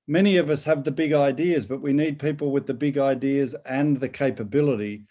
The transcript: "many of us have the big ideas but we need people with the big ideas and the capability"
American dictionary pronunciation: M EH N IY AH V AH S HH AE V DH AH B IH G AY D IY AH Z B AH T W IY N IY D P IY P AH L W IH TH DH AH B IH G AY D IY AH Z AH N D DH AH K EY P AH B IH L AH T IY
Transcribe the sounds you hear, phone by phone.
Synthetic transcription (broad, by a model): M EH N IY AH V AH S HH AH V DH AH B IH G AY D IY AH Z B AH T W IY N IY D P IY P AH L W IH DH AH B IH G AY D IY AH Z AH N DH AH K EY P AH B IH L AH T IY